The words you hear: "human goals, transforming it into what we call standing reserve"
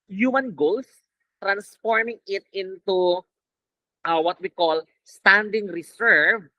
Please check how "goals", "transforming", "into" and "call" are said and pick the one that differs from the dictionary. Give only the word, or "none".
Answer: goals